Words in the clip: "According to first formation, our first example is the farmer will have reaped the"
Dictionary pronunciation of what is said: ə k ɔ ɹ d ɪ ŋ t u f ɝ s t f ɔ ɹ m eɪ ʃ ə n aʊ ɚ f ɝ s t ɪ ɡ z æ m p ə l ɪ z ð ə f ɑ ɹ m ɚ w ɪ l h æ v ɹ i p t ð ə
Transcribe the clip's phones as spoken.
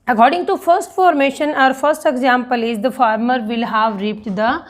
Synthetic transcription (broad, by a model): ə k ɔ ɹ d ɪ ŋ t u f ɝ s t f ɔ ɹ m eɪ ʃ ə n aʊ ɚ f ɝ s t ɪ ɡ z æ m p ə l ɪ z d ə f ɑ ɹ m ɚ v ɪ l h æ v ɹ i p t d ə